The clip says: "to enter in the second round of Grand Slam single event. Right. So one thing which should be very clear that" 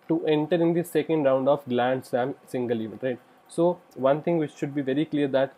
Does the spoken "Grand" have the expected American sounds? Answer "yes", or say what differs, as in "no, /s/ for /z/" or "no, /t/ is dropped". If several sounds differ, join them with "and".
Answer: no, /l/ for /ɹ/